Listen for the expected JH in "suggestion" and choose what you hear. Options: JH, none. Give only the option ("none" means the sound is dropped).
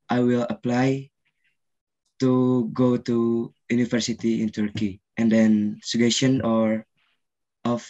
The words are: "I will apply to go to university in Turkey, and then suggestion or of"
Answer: none